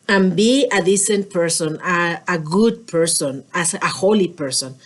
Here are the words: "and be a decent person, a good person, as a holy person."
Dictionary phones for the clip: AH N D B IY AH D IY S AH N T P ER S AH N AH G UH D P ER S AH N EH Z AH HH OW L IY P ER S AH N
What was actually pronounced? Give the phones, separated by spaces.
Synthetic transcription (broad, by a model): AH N B IY AH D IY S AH N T P ER S AH N AH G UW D P ER S AH N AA S AH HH OW L IY P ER S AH N